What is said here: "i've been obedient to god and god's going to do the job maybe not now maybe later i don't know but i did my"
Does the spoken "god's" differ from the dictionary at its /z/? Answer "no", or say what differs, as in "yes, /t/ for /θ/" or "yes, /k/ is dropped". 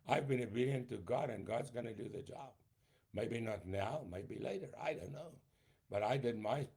no